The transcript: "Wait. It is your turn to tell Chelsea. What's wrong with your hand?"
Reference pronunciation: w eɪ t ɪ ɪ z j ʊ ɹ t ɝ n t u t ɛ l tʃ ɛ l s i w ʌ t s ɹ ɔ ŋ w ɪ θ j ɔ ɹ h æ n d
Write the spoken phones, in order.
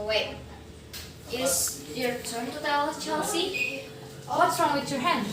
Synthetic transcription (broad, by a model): w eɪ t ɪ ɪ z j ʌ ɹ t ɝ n t u t ɛ l tʃ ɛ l s i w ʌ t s ɹ ɔ ŋ w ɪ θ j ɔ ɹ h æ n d